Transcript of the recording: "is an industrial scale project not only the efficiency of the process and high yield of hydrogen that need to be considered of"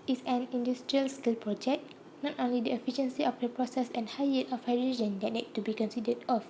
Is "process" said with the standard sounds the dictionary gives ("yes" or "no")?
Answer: yes